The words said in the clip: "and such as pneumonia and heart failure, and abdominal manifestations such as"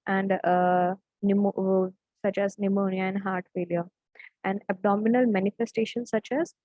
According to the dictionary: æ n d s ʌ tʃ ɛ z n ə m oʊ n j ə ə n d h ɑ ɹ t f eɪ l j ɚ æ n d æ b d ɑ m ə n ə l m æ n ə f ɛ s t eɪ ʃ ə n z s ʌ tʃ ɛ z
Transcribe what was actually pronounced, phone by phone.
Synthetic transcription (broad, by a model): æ n d s ʌ tʃ ɛ z n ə m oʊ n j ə ə n d h ɑ ɹ t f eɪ l j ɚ æ n d æ b d ɑ m ə n ə l m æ n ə f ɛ s t eɪ ʃ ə n s ʌ tʃ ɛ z